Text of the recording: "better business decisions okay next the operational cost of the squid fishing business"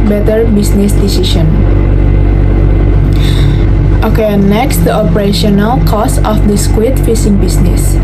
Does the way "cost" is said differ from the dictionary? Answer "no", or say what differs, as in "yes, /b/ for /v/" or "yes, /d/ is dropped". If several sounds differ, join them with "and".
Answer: yes, /t/ is dropped